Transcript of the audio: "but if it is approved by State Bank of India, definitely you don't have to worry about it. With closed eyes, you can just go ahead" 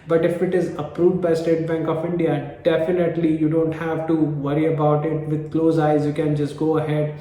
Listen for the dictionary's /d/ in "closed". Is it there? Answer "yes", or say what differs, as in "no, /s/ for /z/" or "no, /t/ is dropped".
no, /d/ is dropped